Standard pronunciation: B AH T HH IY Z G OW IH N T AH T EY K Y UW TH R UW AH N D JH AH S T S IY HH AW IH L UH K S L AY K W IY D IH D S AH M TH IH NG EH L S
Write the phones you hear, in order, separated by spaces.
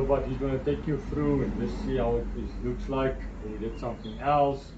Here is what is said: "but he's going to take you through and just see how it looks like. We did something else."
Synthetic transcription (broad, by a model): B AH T HH IY Z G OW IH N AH T EY K Y UW F R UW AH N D JH AH S T S IY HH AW IH L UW K S L AY K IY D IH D S AH M TH IH NG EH L S